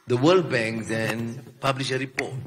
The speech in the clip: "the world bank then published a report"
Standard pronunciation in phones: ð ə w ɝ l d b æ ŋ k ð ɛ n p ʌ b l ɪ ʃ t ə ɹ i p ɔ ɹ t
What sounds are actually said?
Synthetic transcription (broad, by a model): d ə w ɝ l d b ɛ ŋ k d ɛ n p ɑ b l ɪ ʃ ə ɹ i p ɔ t